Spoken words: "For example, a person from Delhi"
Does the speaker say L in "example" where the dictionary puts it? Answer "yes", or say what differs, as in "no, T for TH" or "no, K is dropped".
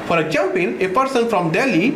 no, N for L